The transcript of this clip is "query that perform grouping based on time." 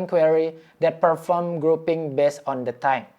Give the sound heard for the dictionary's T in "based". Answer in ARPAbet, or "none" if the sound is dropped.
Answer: none